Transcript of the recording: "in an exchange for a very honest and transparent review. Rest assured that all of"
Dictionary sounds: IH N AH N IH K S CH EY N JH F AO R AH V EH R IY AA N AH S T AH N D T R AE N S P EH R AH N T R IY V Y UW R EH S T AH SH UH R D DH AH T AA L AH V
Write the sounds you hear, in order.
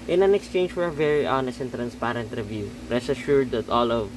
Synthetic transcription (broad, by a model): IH N AH N IH K S CH EY N JH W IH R AH V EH R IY AA N AH S T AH N T R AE N S P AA R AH N T R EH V Y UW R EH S AH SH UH R D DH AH T AA L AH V